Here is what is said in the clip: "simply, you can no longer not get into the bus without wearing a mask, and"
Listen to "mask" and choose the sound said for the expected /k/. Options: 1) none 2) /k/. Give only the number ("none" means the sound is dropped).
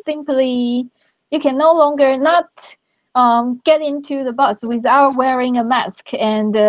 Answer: 2